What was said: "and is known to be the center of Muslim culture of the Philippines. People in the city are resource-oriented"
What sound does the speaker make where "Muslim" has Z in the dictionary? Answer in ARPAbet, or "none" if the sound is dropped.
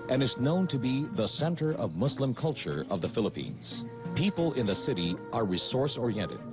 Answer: S